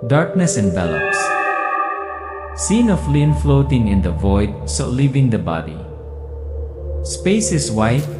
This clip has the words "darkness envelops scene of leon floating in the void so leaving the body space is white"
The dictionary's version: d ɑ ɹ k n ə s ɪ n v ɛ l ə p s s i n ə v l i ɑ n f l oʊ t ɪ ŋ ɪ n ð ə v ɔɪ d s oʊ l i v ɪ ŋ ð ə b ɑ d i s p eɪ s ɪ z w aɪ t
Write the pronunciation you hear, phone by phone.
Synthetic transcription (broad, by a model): d ɑ ɹ k n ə s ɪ n b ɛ l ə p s s i n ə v l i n f l oʊ t ɪ ŋ ɪ n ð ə v ɔɪ d s oʊ l i v ɪ ŋ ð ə b ɑ d i s p eɪ s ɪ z w aɪ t